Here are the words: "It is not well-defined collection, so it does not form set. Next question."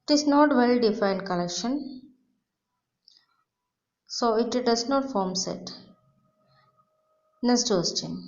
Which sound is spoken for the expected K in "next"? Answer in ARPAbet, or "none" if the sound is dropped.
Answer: none